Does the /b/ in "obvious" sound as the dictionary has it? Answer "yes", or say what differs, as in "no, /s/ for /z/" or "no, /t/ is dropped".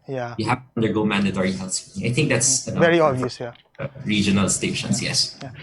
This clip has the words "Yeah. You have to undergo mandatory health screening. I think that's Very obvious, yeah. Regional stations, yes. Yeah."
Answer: no, /b/ is dropped